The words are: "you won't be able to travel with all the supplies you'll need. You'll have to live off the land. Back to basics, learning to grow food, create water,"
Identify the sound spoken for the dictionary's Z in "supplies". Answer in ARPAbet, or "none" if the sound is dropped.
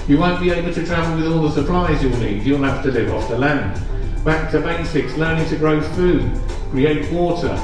Z